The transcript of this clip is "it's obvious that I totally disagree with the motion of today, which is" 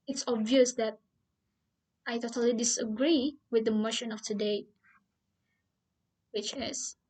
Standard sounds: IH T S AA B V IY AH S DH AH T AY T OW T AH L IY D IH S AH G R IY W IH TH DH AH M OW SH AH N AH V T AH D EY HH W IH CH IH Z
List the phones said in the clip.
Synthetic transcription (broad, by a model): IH T S AA B V IY AH S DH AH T AY T OW T AH L IY D IH S AH G R IY W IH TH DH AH M OW SH AH N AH F T AH D EY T W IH CH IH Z